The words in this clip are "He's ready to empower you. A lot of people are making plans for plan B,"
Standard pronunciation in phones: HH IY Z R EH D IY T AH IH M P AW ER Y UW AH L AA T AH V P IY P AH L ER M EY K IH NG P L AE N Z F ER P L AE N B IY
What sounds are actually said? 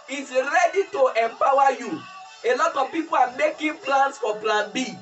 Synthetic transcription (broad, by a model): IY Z R EH D IY T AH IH M P AW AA Y UW AH L AA T AH V P IY P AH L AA M EY K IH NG P L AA N S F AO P L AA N B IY